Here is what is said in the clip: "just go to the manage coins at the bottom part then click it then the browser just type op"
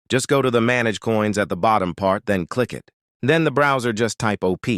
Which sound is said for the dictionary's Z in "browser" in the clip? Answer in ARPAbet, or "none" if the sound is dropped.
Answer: Z